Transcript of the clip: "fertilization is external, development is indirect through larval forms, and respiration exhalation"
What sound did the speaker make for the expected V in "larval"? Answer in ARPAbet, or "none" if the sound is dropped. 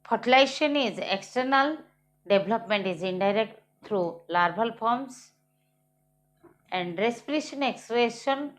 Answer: B